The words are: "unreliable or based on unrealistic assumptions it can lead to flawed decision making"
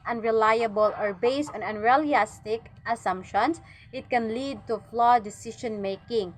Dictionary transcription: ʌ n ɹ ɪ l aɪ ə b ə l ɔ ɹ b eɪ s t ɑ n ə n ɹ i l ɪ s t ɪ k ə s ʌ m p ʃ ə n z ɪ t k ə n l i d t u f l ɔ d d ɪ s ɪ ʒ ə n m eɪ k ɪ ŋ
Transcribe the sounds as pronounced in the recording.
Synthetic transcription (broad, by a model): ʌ n ɹ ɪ l aɪ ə b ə l ɔ ɹ b eɪ s t ɑ n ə n ɹ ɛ l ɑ s t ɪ k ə s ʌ m p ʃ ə n s ɪ t k ə n l i d t u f l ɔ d d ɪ s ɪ ʃ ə n m eɪ k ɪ ŋ